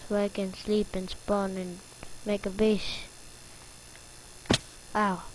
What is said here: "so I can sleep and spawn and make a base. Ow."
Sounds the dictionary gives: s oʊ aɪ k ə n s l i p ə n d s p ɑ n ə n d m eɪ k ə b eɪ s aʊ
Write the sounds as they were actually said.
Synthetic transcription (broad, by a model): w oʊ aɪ k ə n s l i p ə n s p ɑ n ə n m eɪ k ə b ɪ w aʊ